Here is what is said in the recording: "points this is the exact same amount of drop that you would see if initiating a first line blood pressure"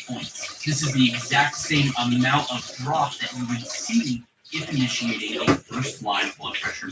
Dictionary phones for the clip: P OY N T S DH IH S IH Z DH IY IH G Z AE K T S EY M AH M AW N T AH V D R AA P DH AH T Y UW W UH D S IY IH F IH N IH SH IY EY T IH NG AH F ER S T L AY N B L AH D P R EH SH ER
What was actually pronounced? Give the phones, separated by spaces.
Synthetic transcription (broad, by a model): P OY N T DH IH S IH Z DH IY IH G Z AE K T S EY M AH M AW T AH V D R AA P DH AH T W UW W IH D S IY IH F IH N IH SH IY EY T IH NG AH F ER S T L AY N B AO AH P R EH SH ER